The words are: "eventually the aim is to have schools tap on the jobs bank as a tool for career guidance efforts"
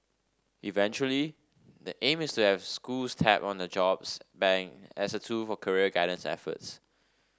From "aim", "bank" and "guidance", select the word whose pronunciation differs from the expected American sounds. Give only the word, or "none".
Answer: bank